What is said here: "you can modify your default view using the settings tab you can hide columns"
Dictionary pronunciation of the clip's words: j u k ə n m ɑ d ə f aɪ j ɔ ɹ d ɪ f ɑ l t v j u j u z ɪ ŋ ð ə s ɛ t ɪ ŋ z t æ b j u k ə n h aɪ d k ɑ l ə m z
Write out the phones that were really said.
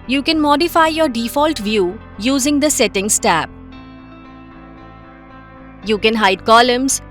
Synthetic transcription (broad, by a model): j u k ə n m ɑ d ə f aɪ j ɔ ɹ d ɪ f ɑ l t v j u j u z ɪ ŋ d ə s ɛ t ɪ ŋ s t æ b j u k ə n h aɪ d k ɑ l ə m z